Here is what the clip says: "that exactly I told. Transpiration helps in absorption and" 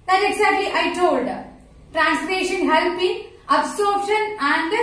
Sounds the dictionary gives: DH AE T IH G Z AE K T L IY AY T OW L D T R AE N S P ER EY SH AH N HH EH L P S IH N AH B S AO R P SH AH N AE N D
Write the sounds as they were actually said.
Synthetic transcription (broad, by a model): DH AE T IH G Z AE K T L IY AY T OW L D T R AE N S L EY SH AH N HH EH L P IH AH B S AO R P SH AH N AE N D